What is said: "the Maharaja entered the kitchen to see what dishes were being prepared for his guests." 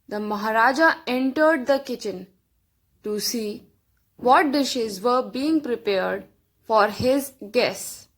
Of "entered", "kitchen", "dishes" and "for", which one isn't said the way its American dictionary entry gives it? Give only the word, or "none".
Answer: none